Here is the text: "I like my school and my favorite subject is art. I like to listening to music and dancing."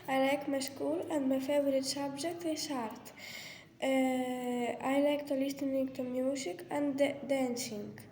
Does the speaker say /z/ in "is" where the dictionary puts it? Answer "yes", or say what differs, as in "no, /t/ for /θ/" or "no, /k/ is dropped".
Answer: no, /s/ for /z/